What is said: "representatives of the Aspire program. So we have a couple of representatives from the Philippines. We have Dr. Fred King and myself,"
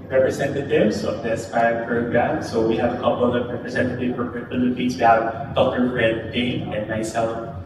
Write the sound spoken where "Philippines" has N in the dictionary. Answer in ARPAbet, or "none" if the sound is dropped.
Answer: none